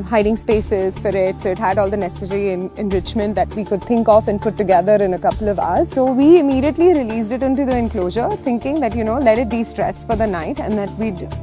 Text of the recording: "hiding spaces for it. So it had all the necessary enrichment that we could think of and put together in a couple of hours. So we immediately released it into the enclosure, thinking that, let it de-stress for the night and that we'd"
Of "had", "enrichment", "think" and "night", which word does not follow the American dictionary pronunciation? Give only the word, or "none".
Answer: think